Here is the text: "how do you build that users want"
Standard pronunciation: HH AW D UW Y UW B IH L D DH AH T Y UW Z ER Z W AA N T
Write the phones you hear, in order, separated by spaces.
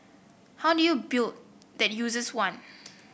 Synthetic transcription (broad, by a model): HH AW D UW Y UW B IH L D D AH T Y UW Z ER S W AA N